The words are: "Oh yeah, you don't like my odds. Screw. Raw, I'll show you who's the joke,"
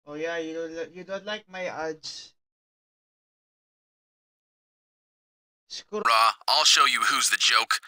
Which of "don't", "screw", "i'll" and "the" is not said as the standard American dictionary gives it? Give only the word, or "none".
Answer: screw